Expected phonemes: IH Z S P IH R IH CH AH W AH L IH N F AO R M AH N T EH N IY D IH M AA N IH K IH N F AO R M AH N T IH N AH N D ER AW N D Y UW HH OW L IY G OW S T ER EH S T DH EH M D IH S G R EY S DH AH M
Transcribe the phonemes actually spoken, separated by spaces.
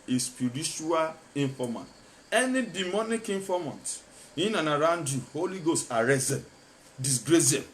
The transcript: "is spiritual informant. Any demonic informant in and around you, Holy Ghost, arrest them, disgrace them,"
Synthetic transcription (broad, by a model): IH S P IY R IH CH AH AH L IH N F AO M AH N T EH N IY D IH M AA N IH K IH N F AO M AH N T IH N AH N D AW N D Y UW HH OW L IY G OW S T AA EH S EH D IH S G R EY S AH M